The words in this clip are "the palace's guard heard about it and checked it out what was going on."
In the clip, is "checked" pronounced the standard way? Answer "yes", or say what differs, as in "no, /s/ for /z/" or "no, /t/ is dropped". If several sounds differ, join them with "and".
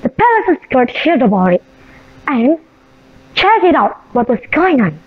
no, /t/ is dropped